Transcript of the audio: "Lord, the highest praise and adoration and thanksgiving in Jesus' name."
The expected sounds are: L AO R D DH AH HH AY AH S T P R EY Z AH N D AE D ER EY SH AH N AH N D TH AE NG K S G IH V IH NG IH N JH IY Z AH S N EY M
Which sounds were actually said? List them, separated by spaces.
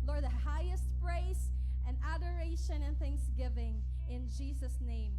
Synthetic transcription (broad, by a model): L AO R D DH AH HH AY AH S T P R EY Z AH N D AE D ER EY SH AH N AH N TH AE NG K S G IH V IH NG IH N JH IY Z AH S N EY M